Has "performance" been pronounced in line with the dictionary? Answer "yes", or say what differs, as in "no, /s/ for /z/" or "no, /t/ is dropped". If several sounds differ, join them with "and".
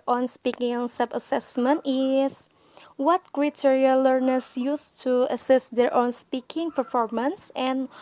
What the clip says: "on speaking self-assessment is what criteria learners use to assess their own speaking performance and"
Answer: yes